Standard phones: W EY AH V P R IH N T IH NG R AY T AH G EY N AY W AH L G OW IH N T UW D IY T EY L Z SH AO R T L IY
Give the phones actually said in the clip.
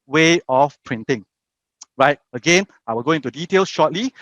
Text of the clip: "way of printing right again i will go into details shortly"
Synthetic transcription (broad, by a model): W EY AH F P R IH N T IH NG R AY T AH G EY N AY W AH L G OW IH N T UW D IY T EY L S SH AO T L IY